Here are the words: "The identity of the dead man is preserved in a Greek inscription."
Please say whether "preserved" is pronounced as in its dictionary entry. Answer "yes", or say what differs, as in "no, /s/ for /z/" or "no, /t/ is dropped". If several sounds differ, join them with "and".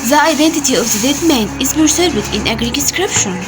no, /b/ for /p/